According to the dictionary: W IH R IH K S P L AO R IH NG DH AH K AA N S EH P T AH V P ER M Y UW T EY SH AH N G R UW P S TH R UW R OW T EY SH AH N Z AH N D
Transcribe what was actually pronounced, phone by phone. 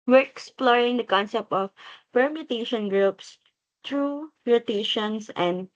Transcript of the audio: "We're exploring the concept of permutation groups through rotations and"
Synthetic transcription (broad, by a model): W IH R IH K S P L AO R IH NG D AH K AA N S EH P T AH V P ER M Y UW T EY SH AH N G R UW P S T R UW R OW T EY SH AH N S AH N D